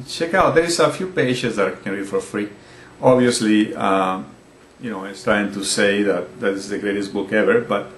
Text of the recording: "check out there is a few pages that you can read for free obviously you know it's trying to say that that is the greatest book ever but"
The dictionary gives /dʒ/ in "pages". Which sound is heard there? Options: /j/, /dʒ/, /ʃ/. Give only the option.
/ʃ/